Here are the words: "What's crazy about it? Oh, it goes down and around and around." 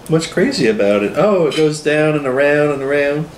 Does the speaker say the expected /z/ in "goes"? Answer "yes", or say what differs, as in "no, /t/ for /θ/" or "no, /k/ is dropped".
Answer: yes